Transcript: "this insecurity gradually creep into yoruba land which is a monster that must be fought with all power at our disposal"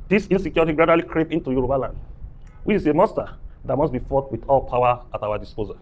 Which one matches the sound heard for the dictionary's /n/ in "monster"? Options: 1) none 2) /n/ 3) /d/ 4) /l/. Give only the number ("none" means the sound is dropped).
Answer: 1